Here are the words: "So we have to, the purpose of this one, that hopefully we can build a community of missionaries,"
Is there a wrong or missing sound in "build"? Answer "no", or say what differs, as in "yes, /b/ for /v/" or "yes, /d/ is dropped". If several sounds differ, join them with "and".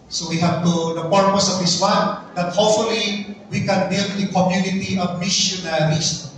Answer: yes, /l/ is dropped